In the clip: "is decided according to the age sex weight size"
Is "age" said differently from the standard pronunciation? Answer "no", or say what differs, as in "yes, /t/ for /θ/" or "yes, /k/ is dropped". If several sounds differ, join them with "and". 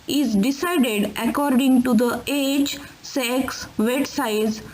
yes, /tʃ/ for /dʒ/